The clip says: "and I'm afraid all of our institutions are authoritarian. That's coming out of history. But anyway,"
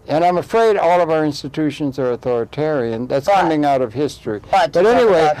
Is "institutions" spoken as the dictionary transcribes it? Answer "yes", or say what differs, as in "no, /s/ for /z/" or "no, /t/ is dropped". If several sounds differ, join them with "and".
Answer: yes